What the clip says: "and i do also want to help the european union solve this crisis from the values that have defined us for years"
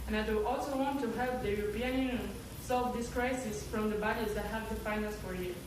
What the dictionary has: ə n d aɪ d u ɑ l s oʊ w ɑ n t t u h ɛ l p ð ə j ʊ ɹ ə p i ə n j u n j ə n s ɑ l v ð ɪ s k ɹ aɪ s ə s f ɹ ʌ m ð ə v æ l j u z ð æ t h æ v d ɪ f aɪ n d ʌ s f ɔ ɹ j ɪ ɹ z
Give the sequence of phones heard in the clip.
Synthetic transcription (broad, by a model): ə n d aɪ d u ɑ l s oʊ w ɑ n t t u h ɛ l p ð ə j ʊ ɹ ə p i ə n j u n j ə n s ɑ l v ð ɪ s k ɹ aɪ s ə s f ɹ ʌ m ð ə b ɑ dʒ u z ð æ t h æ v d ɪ f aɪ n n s f ɔ ɹ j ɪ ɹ